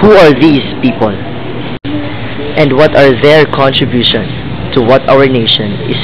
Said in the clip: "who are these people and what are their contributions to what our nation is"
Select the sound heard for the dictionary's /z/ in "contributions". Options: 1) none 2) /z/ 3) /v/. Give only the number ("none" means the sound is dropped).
1